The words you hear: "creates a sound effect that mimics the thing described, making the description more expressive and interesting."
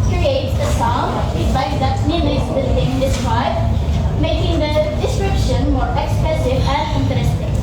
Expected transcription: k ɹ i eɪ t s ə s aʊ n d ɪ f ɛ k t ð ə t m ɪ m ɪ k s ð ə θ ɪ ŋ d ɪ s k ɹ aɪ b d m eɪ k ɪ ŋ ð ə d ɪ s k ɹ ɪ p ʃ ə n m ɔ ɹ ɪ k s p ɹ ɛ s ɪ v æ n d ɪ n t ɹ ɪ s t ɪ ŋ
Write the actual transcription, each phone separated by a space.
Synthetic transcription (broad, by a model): k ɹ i eɪ t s ə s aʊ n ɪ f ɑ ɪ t ð ə t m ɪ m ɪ s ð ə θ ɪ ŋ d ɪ s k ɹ aɪ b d m eɪ k ɪ ŋ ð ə d ɪ s k ɹ ɪ p ʃ ə n m ɔ ɹ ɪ k s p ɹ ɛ s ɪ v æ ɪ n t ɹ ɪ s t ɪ